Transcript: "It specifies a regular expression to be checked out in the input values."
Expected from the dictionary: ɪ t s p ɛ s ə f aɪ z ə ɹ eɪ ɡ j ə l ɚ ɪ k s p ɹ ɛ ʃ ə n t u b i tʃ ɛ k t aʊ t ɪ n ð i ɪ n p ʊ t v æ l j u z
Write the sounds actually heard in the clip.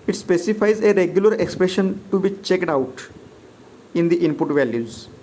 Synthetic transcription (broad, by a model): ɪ t s p ɛ s ə f aɪ z ə ɹ eɪ ɡ j ə l ɚ ɪ k s p ɹ ɛ ʃ ə n t u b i tʃ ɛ k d aʊ t ɪ n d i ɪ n p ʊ t v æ l j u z